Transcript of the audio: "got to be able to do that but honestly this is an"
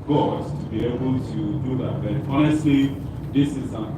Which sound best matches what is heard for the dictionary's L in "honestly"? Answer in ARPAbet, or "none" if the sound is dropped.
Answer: none